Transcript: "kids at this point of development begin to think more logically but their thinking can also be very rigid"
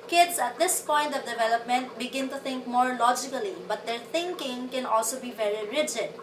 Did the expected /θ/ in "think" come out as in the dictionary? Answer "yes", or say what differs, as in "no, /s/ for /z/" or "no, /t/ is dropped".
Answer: no, /t/ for /θ/